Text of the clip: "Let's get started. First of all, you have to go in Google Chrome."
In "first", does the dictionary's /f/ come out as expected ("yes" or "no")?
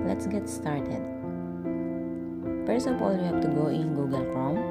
no